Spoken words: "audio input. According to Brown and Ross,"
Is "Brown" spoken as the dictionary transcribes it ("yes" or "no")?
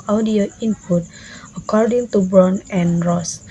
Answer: no